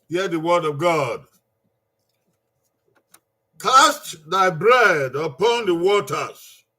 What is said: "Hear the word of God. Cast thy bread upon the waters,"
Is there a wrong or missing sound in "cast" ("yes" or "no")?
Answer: no